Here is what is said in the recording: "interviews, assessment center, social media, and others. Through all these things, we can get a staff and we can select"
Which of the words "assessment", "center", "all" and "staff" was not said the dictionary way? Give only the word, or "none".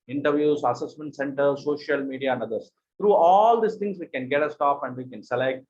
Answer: staff